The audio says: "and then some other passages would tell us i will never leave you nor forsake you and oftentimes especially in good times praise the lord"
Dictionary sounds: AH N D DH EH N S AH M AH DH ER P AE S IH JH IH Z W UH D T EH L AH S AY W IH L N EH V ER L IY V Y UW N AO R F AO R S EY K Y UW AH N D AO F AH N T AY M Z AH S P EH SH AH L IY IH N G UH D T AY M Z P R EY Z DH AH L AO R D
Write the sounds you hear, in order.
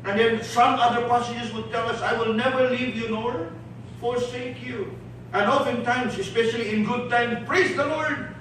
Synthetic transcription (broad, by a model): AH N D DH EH N S AH M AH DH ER P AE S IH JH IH S W UH D T EH L AH S AY W IH L N EH V ER L IY V Y UW N AO R F AO R S EY K Y UW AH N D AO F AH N T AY M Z AH S P EH SH AH L IY IH N G UH D T AY M P R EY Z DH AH L AO R D